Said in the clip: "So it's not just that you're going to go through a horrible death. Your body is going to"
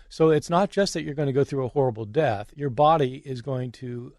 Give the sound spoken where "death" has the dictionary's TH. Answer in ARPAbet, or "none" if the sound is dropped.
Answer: TH